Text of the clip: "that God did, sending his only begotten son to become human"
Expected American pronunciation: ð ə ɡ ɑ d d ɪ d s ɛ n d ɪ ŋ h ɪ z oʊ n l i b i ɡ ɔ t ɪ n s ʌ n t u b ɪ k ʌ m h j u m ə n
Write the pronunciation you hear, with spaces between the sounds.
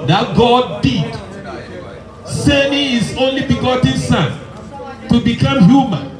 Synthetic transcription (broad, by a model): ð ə ɡ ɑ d d ɪ d s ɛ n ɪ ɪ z oʊ n l i b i ɡ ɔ t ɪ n s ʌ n t u b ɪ k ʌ m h j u m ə n